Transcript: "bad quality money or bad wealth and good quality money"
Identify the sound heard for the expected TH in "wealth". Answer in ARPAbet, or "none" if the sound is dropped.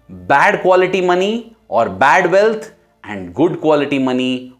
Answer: T